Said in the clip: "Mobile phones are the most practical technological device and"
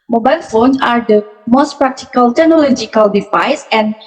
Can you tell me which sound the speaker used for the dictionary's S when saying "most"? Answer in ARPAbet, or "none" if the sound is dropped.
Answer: S